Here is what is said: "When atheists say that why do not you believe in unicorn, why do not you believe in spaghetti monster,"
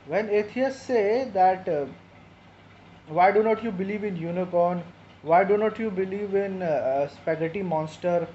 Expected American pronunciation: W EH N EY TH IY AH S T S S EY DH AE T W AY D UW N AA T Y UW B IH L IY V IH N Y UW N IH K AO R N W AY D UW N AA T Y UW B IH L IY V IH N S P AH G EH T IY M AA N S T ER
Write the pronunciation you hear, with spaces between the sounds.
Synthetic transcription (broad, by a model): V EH N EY T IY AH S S S EY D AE T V AY D UW N AA T Y UW B IH L IY V IH N Y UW N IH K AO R N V AY D UW N AA T Y UW B IH L IY V IH N S P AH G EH T IY M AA N S T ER